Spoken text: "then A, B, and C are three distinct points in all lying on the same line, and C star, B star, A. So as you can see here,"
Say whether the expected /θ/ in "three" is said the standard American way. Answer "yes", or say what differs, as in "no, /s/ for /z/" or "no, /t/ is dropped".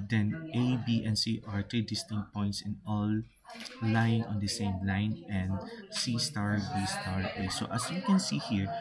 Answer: no, /t/ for /θ/